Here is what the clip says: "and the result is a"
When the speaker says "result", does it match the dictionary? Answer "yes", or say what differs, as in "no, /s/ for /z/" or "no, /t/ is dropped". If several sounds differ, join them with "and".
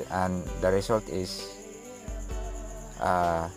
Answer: no, /s/ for /z/